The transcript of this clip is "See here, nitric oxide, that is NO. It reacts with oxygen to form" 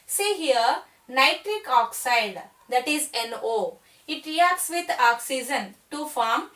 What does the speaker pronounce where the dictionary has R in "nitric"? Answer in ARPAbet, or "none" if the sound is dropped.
R